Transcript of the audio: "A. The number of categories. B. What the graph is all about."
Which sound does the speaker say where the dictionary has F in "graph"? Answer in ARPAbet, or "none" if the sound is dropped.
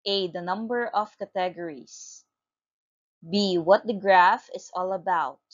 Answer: F